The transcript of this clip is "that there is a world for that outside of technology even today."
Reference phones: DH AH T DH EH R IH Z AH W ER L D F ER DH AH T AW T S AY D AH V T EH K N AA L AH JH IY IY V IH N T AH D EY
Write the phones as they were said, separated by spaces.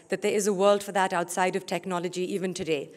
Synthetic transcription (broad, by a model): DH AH T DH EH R IH Z AH W ER L D F ER DH AH T AW T S AY D AH V T EH K N AA L AH JH IY IY V IH N T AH D EY